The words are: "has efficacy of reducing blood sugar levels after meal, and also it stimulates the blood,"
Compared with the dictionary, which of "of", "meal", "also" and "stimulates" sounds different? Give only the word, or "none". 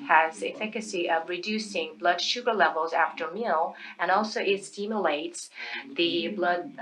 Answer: none